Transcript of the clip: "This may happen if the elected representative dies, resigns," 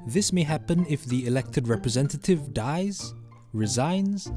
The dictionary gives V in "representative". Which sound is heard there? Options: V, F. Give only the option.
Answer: V